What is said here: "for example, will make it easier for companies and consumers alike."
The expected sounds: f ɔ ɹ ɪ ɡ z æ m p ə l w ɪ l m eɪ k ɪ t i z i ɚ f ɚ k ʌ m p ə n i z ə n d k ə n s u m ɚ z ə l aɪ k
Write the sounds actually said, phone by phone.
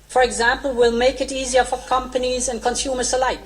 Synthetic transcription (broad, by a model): f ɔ ɹ ɪ ɡ z æ m p ə l w ɪ l m eɪ k ɪ t i z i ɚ f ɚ k ʌ m p ə n i z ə n k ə n s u m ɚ s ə l aɪ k